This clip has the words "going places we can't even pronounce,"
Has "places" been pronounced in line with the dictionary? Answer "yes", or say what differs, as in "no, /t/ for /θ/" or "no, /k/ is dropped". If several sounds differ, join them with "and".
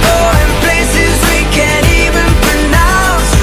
yes